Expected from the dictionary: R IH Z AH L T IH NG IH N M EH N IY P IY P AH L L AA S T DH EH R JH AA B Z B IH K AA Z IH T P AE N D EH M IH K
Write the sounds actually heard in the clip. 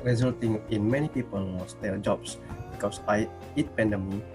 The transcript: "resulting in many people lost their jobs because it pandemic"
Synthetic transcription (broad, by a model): R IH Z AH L T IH NG IH N M EH N IY P IY P AH L W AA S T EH L JH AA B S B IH K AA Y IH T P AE N D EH M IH